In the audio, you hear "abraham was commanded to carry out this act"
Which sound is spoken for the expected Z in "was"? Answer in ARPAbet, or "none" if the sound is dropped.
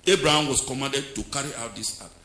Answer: S